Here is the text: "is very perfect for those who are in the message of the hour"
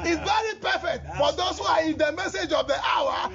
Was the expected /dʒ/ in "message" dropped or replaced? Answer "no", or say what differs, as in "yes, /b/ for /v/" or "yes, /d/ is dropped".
no